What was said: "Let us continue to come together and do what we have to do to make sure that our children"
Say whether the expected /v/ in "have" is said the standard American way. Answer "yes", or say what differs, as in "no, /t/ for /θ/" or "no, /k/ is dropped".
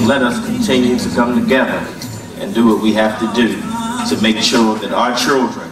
no, /f/ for /v/